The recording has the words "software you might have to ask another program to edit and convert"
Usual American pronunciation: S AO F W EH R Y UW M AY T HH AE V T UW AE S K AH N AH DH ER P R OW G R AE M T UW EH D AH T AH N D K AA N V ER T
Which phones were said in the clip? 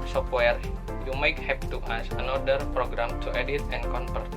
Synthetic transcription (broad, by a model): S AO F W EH R Y UW M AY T HH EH P T UW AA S AH N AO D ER P R OW G R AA M T UW EH D AH T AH N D K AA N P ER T